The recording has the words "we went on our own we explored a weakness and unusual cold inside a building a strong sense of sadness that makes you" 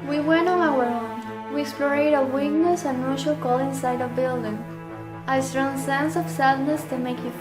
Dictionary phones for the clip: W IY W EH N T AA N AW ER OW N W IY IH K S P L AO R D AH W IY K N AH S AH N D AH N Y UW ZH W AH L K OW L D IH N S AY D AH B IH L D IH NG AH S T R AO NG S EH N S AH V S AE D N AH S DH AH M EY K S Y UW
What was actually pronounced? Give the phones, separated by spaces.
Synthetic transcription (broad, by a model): W IY W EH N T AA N AW ER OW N W IY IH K S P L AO R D AH W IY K N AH S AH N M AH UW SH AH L K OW L IH N S AY D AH B IH L D IH NG AH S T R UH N S EH N S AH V S AE D N AH S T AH M EY K Y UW